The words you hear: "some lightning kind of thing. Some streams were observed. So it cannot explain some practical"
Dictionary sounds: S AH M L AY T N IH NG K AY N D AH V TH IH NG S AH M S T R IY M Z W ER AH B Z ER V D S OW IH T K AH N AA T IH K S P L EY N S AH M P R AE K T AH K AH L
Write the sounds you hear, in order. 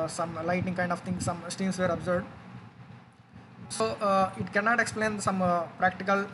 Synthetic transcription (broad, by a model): S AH M L AY T IH NG K AY N D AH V T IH NG S AH M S T IY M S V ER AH B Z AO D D S OW IH T K AH N AA T IH K S P L EY N S AH M P R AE K T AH K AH L